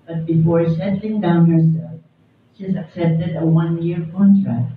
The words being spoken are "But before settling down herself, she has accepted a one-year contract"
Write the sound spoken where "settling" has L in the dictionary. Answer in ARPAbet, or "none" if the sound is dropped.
none